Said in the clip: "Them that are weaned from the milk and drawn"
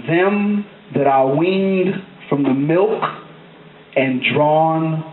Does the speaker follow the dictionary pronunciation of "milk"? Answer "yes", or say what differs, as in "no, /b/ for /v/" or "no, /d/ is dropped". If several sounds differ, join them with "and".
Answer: yes